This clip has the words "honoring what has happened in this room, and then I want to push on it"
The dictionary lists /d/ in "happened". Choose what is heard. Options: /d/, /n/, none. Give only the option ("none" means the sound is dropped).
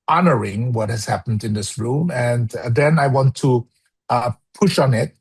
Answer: /d/